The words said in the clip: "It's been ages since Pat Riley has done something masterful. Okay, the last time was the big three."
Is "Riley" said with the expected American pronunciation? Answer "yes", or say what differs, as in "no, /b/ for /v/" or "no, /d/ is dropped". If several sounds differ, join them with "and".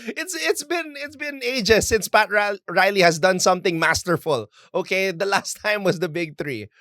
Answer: yes